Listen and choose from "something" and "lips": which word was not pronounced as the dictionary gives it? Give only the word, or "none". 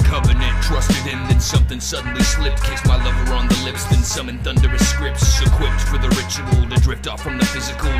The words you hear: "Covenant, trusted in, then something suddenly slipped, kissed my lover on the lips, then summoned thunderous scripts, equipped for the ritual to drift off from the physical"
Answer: none